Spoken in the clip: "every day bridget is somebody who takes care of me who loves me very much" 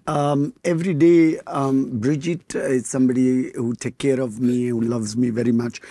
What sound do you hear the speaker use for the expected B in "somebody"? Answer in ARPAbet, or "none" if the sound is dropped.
B